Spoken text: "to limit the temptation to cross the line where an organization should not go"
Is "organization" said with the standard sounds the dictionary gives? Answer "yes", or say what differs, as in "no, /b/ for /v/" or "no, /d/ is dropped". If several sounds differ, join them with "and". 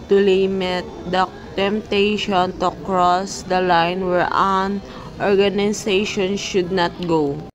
no, /s/ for /z/